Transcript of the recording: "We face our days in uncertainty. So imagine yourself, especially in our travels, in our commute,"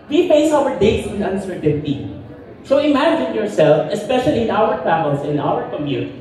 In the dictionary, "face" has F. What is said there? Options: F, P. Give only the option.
P